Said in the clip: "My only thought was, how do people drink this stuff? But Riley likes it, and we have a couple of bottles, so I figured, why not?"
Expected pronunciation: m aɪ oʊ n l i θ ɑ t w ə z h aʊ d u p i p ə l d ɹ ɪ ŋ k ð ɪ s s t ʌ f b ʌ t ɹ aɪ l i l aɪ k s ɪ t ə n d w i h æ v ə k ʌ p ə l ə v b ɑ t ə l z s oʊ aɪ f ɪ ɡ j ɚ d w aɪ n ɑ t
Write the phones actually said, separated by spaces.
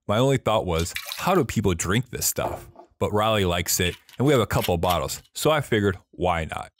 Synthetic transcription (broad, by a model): m aɪ oʊ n l i θ ɑ t w ə z h aʊ d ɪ p i p l d ɹ ɪ ŋ k ð ɪ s s t ʌ f b ʌ t ɹ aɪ l i l aɪ k s ɪ t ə n w i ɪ v ə k ʌ p l b ɑ t l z s oʊ aɪ f ɪ ɡ j ɚ d w aɪ n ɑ t